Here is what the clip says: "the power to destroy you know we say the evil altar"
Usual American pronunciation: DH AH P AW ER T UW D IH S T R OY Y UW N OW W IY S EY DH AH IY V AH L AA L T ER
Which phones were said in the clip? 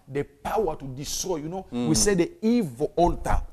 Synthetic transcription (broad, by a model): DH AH P AW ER T UW D IH S T R OY Y UW N OW W IY S EY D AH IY V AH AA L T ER